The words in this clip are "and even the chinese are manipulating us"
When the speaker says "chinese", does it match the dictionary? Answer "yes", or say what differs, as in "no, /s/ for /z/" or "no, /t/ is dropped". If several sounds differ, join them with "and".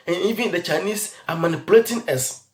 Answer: no, /s/ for /z/